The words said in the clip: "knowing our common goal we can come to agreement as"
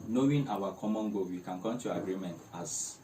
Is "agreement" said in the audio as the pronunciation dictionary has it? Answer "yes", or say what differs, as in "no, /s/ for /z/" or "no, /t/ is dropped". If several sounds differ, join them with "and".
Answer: yes